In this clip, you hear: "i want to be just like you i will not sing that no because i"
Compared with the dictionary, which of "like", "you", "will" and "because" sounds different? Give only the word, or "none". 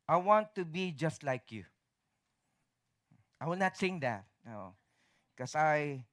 because